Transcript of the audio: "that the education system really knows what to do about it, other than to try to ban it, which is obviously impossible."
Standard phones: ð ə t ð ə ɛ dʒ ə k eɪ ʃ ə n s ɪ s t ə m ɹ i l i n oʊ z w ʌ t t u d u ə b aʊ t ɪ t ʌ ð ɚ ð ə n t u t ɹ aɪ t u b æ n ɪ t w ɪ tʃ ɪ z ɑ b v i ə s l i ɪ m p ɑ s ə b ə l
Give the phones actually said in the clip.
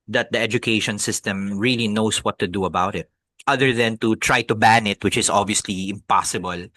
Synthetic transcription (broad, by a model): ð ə t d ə ɛ dʒ ə k eɪ ʃ ə n s ɪ s t ə m ɹ i l i n oʊ s w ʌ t t u d u ə b aʊ t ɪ t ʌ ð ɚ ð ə n t u t ɹ aɪ t u b æ n ɪ t w ɪ tʃ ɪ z ɑ b v i ə s l i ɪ m p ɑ s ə b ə l